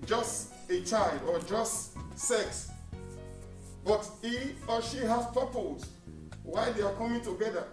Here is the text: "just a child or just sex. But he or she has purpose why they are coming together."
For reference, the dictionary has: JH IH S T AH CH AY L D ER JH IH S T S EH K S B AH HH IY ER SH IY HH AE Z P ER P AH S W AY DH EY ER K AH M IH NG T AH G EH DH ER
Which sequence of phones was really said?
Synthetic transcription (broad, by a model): JH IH S T AH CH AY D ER JH IH S T S EH K S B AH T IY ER SH IY HH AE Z P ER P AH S W AY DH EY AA K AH M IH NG T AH G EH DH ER